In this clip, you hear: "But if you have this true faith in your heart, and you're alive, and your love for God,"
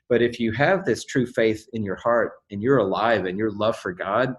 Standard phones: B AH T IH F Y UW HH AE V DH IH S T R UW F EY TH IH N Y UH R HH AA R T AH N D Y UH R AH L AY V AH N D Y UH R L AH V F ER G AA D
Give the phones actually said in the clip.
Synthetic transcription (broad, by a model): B AH T IH F Y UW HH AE V DH IH S T R UW F EY TH IH N Y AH R HH AA R T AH N Y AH R AH L AY V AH N Y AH R L AH V F ER G AA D